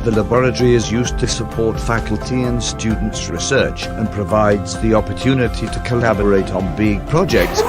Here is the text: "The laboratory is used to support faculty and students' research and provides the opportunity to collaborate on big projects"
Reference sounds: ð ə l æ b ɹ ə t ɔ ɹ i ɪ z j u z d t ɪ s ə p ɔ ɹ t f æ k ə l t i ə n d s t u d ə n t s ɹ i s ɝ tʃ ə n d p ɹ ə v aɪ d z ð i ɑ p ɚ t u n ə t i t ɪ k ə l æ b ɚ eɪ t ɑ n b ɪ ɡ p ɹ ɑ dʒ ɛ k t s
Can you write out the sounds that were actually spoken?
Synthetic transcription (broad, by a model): ð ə l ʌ b ɹ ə t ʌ ɹ i ɪ z j u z t ɪ s ə p ɔ ɹ t f æ k ə l t i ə n s t u d n t s ɹ i s ɝ tʃ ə n p ɹ ə v aɪ d z ð i ɑ p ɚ t u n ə t i t ɪ k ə l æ b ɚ eɪ t n b ɪ ɡ p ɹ ɑ dʒ ɛ k t s